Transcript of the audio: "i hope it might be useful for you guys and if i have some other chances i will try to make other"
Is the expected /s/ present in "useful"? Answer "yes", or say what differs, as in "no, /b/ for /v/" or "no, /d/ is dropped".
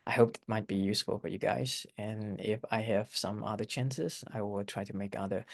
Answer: yes